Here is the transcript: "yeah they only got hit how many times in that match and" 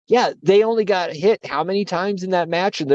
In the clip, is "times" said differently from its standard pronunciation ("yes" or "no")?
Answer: no